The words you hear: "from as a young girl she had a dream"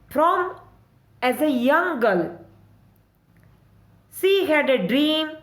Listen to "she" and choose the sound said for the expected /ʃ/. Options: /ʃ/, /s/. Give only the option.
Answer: /s/